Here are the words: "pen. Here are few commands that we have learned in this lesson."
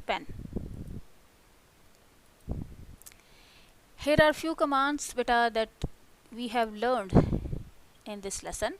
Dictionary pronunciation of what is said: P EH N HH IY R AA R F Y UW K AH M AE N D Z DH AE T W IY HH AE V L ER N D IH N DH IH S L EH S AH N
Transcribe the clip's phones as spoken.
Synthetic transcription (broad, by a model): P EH N HH IY R AA R F Y UW K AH M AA N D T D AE T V IY HH AE V L ER N D IH N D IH S L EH S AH N